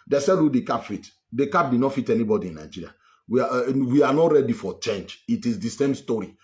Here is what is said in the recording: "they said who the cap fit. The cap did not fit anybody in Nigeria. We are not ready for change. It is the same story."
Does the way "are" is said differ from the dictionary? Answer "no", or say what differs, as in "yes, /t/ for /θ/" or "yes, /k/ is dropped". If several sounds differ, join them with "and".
yes, /w/ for /ɹ/